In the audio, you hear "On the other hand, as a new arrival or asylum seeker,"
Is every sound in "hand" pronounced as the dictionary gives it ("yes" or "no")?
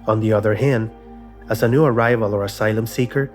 yes